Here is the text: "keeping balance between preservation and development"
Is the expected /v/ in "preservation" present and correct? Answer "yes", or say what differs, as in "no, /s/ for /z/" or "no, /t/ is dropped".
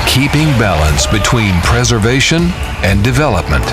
yes